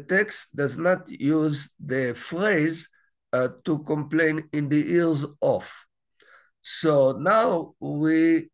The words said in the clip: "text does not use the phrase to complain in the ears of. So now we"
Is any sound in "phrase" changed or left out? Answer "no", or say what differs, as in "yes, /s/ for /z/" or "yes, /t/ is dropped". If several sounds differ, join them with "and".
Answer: no